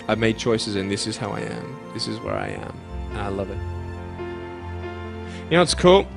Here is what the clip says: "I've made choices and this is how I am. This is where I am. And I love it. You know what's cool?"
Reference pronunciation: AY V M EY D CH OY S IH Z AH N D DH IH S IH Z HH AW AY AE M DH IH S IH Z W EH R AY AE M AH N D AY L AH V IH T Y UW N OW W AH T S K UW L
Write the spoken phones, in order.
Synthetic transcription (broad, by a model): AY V M EY D CH OY S IH Z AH N DH IH S IH Z HH AW AY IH M DH IH S IH Z W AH R AY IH M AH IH L AH V IH T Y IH N OW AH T S K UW L